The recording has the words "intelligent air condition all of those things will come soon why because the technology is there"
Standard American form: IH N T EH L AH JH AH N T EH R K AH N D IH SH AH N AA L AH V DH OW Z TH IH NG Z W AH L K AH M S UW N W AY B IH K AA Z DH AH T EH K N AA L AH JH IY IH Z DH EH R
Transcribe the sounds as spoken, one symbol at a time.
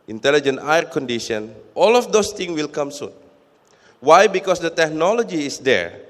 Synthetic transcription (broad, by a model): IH N T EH L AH JH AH N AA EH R K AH N D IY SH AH N AA L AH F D OW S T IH NG W AH L K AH M S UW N W AY B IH K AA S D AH T EH K N AA L AH JH IY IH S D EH R